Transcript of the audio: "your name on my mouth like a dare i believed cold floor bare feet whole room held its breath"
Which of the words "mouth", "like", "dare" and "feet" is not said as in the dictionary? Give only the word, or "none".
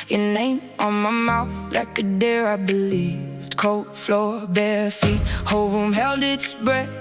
none